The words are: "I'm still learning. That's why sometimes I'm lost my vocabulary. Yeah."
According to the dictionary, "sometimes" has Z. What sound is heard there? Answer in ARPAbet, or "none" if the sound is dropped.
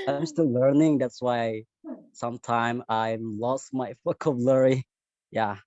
none